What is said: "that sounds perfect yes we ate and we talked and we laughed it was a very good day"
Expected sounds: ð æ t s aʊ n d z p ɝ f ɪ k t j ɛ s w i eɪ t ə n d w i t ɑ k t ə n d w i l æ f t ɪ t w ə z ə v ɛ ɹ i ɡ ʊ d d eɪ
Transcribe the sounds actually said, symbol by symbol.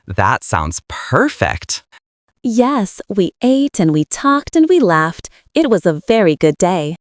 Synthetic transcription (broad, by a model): ð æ t s aʊ n d z p ɝ f ɪ k t j ɛ s w i eɪ t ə n w i t ɑ k t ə n w i l æ f t ɪ t w ə z ə v ɛ ɹ i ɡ ʊ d d eɪ